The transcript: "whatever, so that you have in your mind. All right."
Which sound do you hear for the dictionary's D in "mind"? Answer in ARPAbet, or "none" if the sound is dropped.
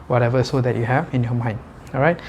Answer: none